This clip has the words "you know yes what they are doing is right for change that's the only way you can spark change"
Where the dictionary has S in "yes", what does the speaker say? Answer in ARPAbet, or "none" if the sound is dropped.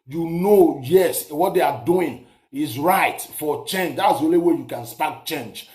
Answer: S